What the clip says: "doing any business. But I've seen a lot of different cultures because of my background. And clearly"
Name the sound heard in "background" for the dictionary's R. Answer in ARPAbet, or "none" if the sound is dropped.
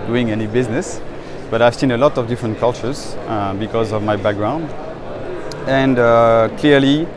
R